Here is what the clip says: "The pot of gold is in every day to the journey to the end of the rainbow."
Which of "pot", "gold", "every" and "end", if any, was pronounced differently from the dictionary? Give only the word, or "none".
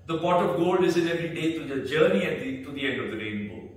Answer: pot